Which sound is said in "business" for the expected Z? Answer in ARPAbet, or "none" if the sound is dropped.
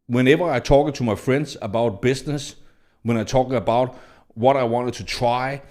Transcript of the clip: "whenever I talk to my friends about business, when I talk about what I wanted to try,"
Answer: S